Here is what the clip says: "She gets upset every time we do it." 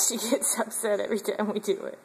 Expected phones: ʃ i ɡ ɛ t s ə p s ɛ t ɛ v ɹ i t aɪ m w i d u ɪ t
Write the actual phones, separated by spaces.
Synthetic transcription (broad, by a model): ʃ i ɡ ɛ t s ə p s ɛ t ɛ v ɹ i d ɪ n w i d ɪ ɪ t